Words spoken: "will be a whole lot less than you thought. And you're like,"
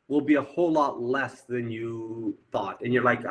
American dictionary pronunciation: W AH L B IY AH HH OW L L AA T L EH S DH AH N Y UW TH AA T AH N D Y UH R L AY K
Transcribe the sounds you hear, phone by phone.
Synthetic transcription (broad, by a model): W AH L B IY AH HH OW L L AA T L EH S DH AH N Y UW TH AA T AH N Y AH R L AY K